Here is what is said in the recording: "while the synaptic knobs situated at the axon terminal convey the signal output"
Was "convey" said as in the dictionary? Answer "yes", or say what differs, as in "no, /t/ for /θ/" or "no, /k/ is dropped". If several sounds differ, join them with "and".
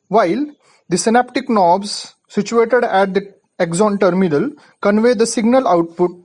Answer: yes